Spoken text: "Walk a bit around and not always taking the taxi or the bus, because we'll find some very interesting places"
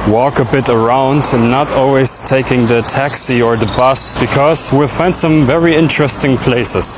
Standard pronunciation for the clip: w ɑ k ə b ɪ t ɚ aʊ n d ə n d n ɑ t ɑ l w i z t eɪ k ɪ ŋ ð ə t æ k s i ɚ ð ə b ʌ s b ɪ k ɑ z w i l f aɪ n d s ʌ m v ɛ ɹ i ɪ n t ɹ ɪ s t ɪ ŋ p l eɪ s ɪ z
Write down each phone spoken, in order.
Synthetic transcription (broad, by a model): w ɑ k ə b ɪ t ɚ aʊ n d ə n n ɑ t ɑ l w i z t eɪ k ɪ ŋ ð ə t æ k s i ɚ ð ə b ʌ s b ɪ k ɑ z w i l f aɪ n d s ʌ m v ɛ ɹ i ɪ n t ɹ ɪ s t ɪ ŋ p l eɪ s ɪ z